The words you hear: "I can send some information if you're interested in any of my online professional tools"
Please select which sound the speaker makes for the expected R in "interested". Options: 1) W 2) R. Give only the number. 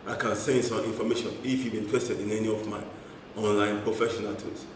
1